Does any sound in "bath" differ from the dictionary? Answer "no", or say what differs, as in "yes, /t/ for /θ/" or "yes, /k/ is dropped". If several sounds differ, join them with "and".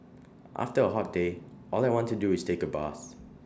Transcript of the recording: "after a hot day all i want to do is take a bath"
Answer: yes, /s/ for /θ/